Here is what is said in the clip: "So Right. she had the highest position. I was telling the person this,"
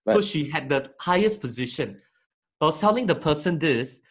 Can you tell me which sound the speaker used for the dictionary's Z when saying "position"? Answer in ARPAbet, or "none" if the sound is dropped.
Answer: Z